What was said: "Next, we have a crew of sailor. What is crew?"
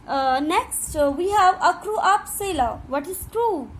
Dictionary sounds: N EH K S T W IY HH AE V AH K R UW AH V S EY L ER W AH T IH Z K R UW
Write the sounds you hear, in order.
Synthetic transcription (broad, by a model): N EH K S T W IY HH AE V AH K R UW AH P S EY L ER W AH T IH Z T R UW